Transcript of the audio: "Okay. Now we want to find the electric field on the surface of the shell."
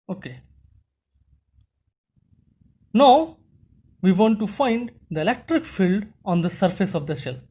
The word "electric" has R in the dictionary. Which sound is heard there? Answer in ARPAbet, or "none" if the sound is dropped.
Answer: R